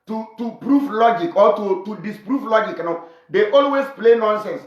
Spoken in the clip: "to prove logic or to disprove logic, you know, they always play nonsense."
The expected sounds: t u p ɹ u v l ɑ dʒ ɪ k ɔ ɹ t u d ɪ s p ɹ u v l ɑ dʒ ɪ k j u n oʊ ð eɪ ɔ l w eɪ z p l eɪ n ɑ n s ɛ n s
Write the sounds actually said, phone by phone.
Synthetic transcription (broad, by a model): t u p ɹ u f l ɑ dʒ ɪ k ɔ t t u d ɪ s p ɹ u f l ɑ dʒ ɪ k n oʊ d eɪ ɔ l w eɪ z p l eɪ n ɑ n s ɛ n s